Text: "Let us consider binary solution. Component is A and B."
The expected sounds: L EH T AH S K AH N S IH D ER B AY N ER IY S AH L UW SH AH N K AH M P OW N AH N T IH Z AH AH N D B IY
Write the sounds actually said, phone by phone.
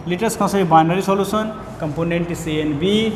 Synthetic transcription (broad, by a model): L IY T AH S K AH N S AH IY B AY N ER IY S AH L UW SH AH N K AH M P OW N AH N T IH S AH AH N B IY